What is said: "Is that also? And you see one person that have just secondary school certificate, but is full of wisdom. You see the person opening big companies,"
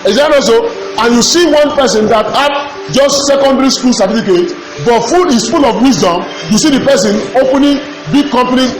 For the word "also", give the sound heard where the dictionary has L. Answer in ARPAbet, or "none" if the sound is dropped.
none